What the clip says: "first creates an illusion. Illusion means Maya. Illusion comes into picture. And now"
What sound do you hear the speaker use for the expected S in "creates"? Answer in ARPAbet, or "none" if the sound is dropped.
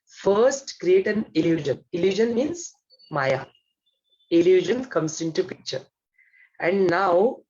none